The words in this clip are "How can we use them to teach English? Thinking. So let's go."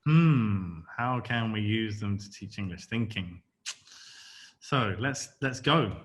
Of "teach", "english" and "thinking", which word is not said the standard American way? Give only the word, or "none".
none